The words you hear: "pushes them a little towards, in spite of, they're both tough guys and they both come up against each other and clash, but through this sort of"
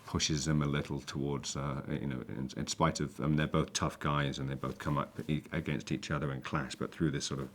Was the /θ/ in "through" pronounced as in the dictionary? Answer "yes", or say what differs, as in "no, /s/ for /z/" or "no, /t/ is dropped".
yes